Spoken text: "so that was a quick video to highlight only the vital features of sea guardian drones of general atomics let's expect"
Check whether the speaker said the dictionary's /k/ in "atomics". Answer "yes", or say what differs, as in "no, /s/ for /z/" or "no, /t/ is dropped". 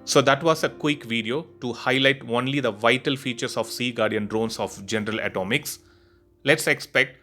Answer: yes